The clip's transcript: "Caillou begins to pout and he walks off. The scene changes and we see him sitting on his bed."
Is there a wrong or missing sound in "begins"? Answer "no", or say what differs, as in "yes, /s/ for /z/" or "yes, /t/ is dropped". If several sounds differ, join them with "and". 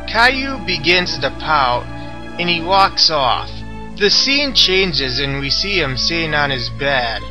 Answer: no